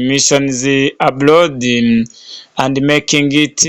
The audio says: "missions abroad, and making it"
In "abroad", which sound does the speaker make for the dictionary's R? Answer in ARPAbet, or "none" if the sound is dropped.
L